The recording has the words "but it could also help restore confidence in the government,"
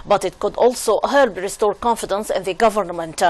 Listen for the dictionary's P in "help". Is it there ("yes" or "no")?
no